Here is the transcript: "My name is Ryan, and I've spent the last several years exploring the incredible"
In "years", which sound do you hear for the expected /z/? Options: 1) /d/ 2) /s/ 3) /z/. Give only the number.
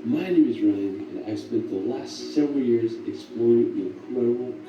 3